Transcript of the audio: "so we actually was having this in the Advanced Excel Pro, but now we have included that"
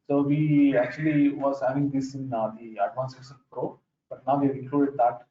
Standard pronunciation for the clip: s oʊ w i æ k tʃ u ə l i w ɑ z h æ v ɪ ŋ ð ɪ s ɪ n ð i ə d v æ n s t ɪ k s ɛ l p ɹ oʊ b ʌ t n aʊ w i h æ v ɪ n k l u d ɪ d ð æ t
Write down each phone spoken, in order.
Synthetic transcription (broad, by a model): s oʊ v i æ k tʃ u ə l i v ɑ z h æ v ɪ ŋ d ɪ s ɪ n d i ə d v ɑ n s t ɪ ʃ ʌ n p ɹ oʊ b ʌ t n aʊ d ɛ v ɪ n k l u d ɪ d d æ t